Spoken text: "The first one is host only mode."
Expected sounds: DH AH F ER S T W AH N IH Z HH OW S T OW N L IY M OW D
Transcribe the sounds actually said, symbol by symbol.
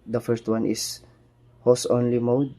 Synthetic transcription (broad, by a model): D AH F ER S T W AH N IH S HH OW S OW N L IY M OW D